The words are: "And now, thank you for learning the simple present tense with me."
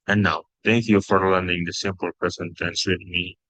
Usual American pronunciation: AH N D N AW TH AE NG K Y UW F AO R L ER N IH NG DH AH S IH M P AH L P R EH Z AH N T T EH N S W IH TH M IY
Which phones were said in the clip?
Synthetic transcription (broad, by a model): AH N N AW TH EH NG K Y UW F AO R L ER N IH NG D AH S IH M P AH L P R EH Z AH N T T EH N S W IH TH M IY